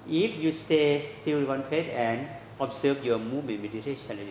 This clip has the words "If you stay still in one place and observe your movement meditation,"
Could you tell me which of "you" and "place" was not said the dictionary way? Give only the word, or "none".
place